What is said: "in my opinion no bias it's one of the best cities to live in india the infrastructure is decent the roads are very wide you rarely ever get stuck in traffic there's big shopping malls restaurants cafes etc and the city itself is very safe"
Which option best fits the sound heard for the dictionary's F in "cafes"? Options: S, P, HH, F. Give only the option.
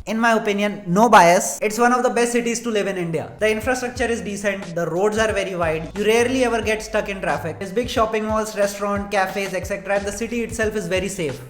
F